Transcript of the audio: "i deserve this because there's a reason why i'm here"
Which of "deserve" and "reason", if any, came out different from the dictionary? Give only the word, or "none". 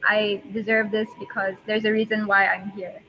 none